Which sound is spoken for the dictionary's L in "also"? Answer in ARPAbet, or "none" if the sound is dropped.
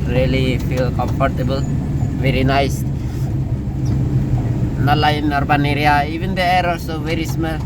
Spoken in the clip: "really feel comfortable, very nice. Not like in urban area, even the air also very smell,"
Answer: none